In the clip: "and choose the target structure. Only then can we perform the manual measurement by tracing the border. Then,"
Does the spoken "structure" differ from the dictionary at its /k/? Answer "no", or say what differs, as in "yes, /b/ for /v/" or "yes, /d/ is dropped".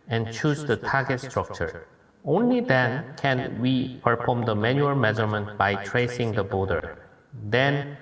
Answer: no